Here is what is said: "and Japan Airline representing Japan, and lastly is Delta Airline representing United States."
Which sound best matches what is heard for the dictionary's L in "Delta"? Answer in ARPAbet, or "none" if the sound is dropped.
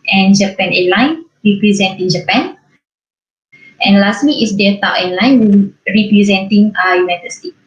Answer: none